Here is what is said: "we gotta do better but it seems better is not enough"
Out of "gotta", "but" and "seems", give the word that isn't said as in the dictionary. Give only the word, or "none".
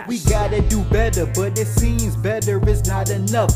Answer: none